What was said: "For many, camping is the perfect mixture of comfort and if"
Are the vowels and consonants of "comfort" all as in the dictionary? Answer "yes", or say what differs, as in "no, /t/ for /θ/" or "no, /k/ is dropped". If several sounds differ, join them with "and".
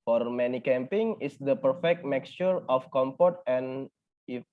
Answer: no, /p/ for /f/